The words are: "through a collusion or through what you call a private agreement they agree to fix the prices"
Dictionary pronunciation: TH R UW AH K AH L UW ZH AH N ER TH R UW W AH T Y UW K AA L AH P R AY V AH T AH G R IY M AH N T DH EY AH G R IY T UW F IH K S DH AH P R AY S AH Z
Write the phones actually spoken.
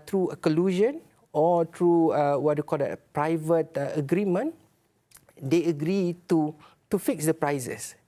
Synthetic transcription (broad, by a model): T R UW AH K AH L UW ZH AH N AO T R UW W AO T Y UW K AA L AH P R AY V AH T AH G R IY M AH N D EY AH G R IY T UW F IH K S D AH P R AY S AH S